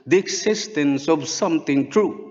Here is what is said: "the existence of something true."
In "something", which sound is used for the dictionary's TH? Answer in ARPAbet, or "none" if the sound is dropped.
T